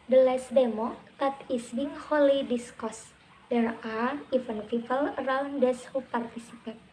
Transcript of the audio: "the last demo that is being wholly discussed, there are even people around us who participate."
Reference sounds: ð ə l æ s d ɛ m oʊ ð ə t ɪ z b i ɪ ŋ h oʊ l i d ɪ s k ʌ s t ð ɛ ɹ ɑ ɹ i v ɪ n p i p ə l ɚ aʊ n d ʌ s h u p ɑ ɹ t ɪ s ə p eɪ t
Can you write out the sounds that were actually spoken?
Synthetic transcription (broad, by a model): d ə l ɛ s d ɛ m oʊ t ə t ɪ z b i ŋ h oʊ l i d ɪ s k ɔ s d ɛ ɹ ɑ ɹ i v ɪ n f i f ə l ɚ aʊ n d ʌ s h u p ɑ ɹ t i s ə p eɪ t